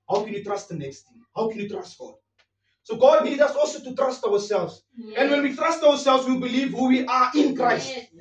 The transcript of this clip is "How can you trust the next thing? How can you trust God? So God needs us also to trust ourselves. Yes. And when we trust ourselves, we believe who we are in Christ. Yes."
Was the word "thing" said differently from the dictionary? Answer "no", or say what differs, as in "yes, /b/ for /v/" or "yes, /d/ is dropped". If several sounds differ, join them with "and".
yes, /t/ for /θ/